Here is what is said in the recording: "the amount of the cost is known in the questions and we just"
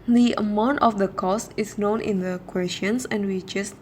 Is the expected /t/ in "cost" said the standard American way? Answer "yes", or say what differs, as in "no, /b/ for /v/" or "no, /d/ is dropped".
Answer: yes